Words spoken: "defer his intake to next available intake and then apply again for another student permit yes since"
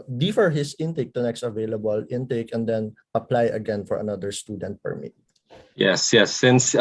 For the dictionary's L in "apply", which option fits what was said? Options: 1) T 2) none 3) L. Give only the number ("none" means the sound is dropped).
3